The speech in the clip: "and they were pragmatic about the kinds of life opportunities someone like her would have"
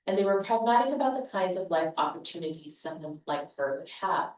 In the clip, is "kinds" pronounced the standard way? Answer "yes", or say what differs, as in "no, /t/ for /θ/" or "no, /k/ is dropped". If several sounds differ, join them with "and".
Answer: yes